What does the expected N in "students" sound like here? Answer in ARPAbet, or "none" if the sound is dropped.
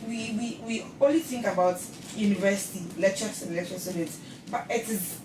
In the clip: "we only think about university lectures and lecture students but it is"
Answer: none